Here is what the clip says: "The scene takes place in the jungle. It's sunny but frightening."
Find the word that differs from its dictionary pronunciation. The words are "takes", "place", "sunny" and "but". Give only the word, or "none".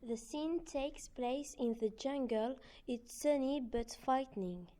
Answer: none